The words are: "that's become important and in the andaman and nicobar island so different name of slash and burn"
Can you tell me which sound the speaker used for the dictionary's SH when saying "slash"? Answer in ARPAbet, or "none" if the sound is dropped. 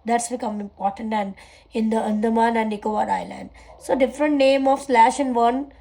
SH